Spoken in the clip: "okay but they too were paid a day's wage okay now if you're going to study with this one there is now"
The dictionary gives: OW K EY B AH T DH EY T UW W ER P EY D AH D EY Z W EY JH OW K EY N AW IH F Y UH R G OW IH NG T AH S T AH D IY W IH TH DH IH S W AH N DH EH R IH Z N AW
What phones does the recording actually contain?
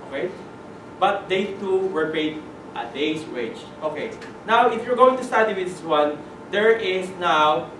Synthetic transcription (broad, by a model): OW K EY B AH T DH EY T UW W ER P EY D AH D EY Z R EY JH OW K EY N AW IH F Y UH R G OW IH NG T AH S T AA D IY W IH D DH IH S W AH N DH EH R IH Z N AW